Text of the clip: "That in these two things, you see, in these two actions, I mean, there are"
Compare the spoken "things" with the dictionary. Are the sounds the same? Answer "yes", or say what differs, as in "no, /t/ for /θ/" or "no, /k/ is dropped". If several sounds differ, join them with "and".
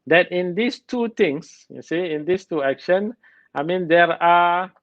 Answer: no, /t/ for /θ/ and /s/ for /z/